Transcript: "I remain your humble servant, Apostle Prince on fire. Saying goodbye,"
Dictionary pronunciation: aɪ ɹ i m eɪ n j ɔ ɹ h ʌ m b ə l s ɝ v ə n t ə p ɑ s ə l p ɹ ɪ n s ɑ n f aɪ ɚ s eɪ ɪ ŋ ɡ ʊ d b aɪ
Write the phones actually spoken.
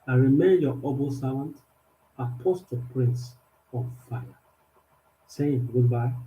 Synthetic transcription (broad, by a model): aɪ ɹ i m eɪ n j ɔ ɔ b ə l s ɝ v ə n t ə p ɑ s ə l p ɹ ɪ n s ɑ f f aɪ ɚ s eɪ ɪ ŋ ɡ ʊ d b aɪ